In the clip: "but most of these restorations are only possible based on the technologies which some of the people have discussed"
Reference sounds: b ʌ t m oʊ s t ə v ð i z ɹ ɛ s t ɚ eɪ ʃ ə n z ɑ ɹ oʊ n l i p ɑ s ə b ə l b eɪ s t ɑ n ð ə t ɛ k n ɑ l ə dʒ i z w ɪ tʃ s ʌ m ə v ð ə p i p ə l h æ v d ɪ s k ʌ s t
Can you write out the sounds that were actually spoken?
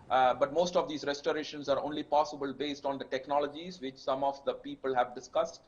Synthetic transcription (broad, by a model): b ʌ t m oʊ s t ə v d i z ɹ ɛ s t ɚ eɪ ʃ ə n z ɑ ɹ oʊ n l i p ɑ s ə b ə l b eɪ s t ɑ n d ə t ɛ k n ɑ l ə dʒ i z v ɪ tʃ s ʌ m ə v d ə p i p ə l h æ v d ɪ s k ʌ s t